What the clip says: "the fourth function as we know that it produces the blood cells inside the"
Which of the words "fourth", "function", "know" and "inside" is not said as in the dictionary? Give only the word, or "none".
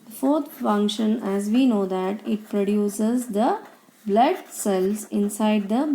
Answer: fourth